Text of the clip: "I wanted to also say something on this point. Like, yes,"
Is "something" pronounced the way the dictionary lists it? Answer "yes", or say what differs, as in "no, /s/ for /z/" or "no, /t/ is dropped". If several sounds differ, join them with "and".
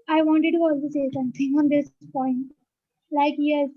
no, /t/ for /θ/